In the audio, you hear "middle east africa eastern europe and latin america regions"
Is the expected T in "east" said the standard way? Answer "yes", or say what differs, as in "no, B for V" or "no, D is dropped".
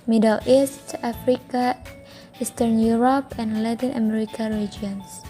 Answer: yes